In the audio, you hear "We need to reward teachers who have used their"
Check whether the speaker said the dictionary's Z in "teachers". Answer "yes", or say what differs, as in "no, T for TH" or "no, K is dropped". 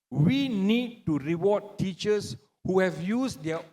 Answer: no, S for Z